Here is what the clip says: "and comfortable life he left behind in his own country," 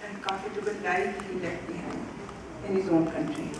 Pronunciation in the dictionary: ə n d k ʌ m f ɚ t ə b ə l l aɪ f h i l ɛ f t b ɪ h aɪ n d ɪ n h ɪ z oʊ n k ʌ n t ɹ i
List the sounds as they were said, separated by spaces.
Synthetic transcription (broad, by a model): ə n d k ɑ f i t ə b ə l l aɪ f h i l ɛ f t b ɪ h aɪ n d ɪ n h ɪ z oʊ n k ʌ n t ɹ i